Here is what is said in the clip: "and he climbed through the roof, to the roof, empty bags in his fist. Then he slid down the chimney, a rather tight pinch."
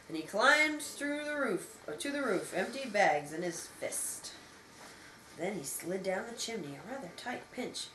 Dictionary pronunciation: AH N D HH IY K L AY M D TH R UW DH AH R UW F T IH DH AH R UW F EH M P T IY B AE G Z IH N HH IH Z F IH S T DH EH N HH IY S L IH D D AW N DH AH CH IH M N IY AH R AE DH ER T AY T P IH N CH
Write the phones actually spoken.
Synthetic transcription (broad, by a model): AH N IY K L AY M TH R UW DH AH R UW F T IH DH AH R UW F EH M P T IY B AE G Z IH N IH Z F IH S T DH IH N IY S L IH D D AW N DH AH CH IH M N IY AH R AE DH ER T AY T P IH N CH